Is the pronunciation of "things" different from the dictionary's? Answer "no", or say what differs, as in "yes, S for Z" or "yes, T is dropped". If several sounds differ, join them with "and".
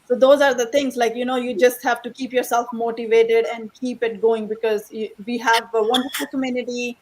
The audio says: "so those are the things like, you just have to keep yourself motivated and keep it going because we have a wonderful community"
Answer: yes, T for TH